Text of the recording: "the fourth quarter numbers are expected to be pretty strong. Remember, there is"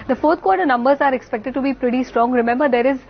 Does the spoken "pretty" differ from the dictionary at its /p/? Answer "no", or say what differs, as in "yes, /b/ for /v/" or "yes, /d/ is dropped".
no